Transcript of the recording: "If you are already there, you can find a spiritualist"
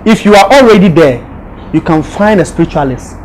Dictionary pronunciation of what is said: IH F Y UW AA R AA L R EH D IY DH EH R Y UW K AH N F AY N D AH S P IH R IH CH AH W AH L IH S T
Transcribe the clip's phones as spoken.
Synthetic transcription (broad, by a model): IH F Y UW AA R AA L R EH D IY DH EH Y UW K AH N F AY N D AH S P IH R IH CH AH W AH L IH S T